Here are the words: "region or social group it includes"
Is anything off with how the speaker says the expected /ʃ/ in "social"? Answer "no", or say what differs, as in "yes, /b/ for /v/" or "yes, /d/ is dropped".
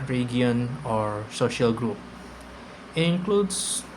no